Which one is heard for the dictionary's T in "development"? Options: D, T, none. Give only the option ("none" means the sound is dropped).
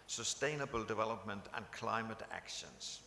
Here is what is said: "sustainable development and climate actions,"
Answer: T